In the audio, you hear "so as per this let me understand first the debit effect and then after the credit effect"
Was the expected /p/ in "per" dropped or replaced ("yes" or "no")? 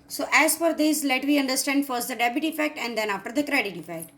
yes